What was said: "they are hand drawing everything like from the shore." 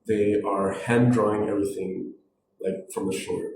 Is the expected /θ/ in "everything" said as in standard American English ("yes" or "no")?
yes